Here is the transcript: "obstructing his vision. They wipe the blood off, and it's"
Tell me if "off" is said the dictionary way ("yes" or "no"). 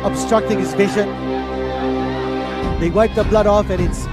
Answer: yes